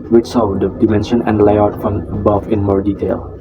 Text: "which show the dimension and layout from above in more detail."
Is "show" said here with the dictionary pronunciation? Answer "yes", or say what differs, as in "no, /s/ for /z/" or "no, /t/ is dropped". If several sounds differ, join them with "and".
no, /s/ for /ʃ/